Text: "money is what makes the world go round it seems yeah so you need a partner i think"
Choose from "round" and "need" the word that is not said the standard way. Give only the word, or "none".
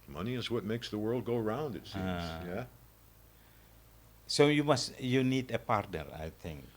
none